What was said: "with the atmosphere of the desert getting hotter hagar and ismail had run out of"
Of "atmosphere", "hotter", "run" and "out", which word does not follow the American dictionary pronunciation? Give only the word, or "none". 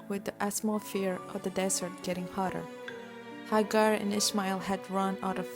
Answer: atmosphere